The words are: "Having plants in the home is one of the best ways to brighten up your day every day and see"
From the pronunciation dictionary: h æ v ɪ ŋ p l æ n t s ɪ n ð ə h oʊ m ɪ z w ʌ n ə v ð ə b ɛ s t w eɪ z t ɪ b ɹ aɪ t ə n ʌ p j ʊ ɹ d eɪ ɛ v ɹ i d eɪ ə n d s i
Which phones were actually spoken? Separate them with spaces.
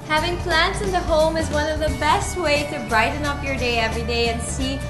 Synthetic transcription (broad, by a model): h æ v ɪ ŋ p l æ n t s ɪ n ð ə h oʊ m ɪ z w ʌ n ə v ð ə b ɛ s t w eɪ t ɪ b ɹ aɪ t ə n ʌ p j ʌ ɹ d eɪ ɛ v ɹ i d eɪ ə n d s i